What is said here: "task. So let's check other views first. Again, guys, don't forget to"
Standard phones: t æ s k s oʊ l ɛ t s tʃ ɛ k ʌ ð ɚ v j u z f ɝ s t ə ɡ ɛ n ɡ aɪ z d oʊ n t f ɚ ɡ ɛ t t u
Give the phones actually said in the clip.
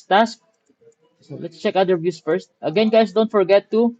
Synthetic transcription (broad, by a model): t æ s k s oʊ l ɛ t s tʃ ɛ k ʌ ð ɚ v j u s f ɝ s t ə ɡ ɛ n ɡ aɪ s d oʊ n t f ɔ ɡ ɛ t t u